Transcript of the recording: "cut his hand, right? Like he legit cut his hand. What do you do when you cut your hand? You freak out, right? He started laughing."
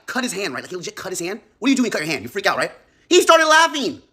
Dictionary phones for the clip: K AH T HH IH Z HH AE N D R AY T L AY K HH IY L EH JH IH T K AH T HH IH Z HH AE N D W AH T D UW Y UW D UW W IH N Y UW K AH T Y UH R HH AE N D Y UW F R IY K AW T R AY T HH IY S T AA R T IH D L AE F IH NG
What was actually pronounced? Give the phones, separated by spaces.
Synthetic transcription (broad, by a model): K AH T HH IH Z HH AE N D R AY T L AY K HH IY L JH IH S K AH T HH IH Z HH AE N D W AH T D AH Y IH D UW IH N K AH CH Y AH R HH AE N D Y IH F R IY K AW T R AY T HH IY S T AA R T IH D L AE F IH NG